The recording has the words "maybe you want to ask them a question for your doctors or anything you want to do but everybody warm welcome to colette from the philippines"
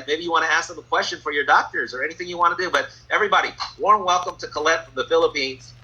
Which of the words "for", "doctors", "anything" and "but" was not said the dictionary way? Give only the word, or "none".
none